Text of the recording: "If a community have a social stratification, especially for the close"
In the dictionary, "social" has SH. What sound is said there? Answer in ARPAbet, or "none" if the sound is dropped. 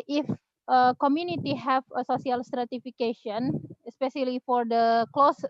S